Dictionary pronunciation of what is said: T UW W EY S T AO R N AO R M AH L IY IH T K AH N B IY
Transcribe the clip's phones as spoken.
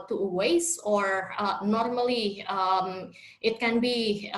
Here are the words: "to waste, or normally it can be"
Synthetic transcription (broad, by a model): T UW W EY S AO R N AO R M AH L IY IH T K AH N B IY